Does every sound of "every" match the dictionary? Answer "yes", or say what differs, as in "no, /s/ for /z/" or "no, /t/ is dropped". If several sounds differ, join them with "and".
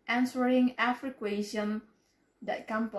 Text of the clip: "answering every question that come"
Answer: no, /f/ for /v/